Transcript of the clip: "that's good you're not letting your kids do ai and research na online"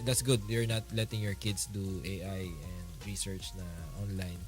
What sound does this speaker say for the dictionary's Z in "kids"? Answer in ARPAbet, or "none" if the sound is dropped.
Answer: S